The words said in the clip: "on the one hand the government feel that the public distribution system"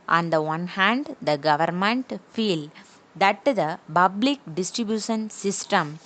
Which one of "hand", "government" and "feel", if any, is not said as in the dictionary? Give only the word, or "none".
none